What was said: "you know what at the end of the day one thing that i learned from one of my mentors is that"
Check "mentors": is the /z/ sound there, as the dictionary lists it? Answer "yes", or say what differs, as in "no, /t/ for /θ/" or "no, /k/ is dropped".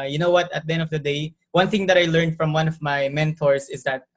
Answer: no, /s/ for /z/